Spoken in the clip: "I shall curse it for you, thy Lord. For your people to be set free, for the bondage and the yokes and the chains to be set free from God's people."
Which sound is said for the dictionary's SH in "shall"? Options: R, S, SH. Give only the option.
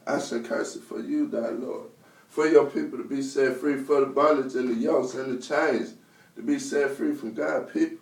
S